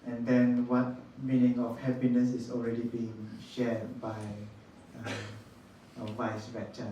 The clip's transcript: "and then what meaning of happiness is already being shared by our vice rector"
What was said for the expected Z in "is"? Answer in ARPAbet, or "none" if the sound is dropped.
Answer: S